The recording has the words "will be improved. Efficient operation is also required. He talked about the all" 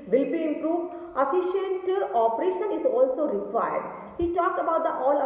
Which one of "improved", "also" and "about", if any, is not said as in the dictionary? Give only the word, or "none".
none